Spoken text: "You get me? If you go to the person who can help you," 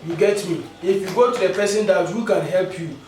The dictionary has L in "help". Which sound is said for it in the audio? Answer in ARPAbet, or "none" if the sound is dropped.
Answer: L